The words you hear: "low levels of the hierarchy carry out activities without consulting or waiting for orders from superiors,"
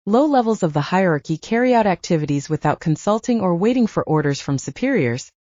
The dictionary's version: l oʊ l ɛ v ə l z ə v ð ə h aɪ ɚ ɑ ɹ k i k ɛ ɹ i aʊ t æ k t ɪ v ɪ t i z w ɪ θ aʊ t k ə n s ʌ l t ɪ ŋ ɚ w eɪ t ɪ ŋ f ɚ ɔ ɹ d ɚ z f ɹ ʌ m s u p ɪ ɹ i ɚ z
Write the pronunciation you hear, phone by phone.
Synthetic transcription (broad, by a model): l oʊ l ɛ v l z ə v ð ə h aɪ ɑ ɹ k i k ɛ ɹ i aʊ t æ k t ɪ v ɪ t i z w ɪ θ aʊ t k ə n s ʌ l t ɪ ŋ ɚ w eɪ t ɪ ŋ f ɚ ɔ ɹ d ɚ z f ɹ ʌ m s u p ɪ ɹ i ɚ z